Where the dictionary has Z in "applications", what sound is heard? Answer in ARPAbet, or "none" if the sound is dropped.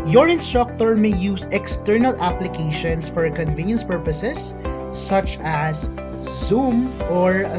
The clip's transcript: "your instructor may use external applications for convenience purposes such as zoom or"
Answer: S